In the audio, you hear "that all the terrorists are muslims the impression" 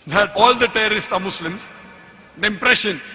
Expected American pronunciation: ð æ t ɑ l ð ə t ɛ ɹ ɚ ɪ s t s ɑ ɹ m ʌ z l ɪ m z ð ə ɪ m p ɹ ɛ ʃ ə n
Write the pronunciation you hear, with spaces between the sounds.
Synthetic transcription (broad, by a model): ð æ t ɑ l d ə t ɛ ɹ ɚ ɪ s t s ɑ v m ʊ s l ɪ m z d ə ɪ m p ɹ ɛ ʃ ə n